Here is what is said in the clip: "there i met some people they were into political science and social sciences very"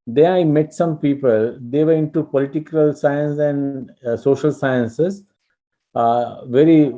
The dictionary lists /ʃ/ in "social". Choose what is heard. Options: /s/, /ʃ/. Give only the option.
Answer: /ʃ/